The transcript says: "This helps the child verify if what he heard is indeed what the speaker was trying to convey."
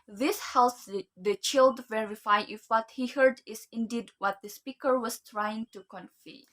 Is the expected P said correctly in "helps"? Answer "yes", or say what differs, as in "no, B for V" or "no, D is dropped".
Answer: no, P is dropped